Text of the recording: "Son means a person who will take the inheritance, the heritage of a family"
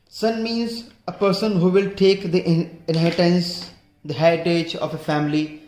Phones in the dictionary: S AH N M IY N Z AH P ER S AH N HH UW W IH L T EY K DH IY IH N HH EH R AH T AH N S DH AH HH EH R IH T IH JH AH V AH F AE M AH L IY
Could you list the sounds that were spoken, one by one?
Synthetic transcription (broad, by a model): S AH N M IY N Z AH P ER S AH N HH UW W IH L T EY K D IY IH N HH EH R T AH N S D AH HH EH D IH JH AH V AH F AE M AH L IY